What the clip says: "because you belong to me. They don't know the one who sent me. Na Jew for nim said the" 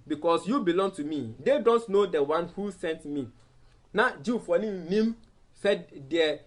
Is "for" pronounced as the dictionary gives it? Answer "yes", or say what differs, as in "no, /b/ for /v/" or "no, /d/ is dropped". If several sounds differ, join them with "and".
no, /l/ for /ɹ/